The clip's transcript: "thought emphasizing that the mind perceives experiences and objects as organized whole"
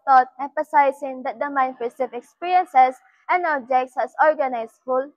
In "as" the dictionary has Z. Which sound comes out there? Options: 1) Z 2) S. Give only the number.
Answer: 2